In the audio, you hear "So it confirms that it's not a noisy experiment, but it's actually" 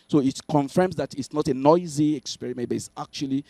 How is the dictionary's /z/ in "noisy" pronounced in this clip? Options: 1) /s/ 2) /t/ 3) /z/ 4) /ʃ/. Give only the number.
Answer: 3